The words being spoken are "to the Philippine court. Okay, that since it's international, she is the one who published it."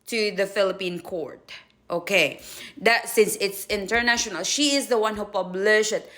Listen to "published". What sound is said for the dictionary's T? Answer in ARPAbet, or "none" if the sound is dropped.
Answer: none